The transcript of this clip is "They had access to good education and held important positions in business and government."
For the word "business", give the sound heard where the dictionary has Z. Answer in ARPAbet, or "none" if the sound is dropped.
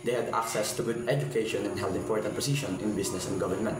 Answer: S